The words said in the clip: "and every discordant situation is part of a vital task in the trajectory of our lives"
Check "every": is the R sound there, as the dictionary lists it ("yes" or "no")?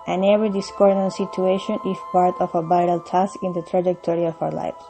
no